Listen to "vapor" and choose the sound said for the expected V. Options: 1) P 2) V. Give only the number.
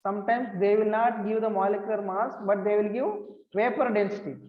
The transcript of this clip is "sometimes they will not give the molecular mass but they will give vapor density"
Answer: 1